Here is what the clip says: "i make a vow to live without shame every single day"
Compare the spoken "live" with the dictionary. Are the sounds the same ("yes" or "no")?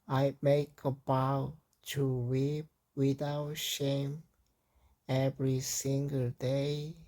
no